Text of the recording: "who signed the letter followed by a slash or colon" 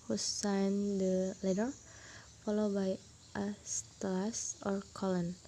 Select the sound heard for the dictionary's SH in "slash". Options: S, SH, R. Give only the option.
S